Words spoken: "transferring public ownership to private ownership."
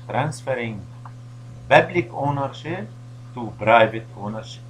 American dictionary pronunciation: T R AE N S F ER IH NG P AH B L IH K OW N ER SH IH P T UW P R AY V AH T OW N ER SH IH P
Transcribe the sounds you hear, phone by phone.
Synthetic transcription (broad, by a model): T R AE N S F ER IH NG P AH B L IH K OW N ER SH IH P T UW B R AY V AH T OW N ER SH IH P